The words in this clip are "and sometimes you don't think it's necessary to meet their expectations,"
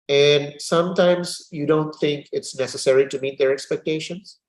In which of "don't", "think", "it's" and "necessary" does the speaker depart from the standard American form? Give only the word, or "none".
none